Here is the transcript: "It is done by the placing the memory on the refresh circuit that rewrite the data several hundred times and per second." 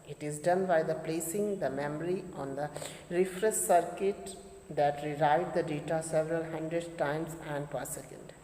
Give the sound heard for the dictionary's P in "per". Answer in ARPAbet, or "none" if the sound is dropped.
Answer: P